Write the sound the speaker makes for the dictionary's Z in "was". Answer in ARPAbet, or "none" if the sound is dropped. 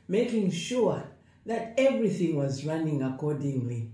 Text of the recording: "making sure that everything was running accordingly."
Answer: Z